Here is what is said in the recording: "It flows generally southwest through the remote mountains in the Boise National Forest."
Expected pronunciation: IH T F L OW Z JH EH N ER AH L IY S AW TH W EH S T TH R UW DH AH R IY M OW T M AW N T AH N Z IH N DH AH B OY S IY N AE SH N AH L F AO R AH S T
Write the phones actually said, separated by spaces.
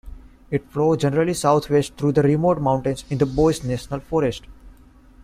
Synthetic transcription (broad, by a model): IH T F L OW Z JH EH N ER AH L IY S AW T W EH S T T R UW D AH R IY M OW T M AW N T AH N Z IH N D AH B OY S N AE SH N AH L F AO R AH S T